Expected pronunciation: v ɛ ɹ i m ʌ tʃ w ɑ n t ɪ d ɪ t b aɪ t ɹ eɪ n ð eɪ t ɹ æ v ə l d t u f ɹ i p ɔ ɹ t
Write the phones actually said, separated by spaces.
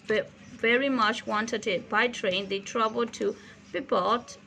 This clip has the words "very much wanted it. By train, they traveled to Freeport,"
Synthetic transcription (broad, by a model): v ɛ ɹ i m ʌ tʃ w ɑ n t ɪ d ɪ t b aɪ t ɹ eɪ n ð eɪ t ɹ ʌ b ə l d t u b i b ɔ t